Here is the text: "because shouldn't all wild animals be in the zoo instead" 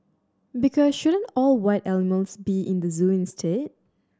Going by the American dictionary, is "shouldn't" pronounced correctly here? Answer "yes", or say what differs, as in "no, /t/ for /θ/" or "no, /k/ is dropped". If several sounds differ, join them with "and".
yes